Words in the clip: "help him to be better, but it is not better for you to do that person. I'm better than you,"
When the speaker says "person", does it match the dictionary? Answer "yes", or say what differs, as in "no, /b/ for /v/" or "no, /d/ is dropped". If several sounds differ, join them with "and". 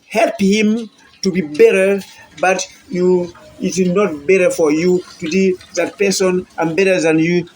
yes